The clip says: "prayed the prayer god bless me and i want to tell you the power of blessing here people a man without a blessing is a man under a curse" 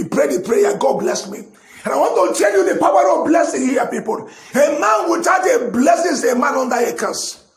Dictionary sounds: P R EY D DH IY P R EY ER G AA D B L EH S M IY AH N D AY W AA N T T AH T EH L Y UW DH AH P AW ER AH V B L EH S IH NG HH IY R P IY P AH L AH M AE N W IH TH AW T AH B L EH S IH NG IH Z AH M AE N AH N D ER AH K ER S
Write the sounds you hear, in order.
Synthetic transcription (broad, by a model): P R EY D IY P R EY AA G AA D B L EH S M IY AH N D AY W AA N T T AH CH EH N Y UW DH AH P AW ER AH V B L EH S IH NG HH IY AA P IY P AH L AH M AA N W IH T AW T AH B L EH S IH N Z AH M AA N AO N D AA AH K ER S